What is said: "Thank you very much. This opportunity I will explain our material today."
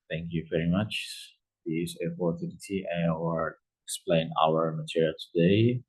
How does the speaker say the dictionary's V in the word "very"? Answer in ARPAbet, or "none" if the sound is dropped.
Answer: V